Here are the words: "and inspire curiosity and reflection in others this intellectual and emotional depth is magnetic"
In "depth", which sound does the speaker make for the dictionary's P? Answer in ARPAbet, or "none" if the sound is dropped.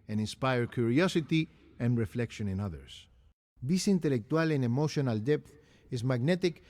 P